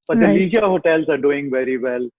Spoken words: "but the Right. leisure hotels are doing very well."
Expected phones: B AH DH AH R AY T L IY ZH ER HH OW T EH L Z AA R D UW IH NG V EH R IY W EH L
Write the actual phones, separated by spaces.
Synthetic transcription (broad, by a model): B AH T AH L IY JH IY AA HH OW T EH L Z AA R D UW IH NG V EH R IY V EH L